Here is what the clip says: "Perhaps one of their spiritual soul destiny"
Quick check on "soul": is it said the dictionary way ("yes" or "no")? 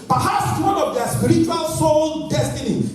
no